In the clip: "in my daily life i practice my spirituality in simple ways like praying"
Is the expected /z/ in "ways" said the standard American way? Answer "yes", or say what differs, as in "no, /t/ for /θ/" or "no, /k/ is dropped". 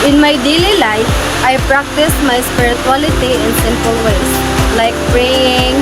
no, /s/ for /z/